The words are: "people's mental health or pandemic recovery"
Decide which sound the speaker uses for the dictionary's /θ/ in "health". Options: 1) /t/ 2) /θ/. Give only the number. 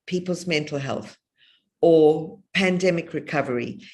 2